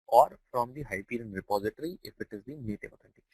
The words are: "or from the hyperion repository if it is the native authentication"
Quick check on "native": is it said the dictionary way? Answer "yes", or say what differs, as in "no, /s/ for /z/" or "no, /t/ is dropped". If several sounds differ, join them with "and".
no, /p/ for /v/